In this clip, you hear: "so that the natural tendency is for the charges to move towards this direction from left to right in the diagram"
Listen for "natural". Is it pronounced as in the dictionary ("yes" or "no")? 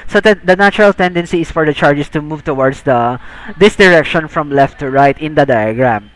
no